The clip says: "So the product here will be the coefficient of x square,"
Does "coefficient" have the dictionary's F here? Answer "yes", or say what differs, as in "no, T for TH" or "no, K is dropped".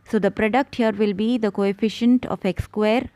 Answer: yes